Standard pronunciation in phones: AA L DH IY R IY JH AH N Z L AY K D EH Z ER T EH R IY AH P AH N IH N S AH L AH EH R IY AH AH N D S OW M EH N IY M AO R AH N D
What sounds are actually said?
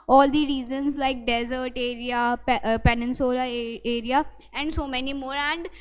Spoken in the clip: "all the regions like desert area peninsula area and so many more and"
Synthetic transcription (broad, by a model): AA L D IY R IY Z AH N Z L AY K D EH Z ER T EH R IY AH P AH N IH N S AH L AH EH R IY AH AH N D S OW M EH N IY M AO R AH N D